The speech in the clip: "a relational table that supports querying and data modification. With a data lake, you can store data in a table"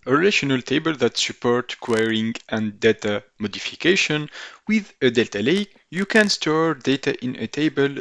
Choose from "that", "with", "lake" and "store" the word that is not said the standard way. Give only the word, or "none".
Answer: none